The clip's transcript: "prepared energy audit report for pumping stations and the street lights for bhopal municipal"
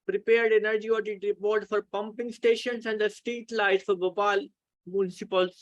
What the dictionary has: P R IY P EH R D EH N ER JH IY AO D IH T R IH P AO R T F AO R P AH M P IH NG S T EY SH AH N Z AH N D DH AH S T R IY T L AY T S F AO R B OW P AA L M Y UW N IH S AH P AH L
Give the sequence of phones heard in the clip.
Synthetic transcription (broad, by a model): P R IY P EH R D EH N ER JH IY AO D IH T R IH P AO R T F AO R P AH M P IH NG S T EY SH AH N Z AH N D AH S T IY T L AY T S F AO R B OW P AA L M Y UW N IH S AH P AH L